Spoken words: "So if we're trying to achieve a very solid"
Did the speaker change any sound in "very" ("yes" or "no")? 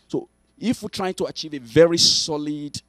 no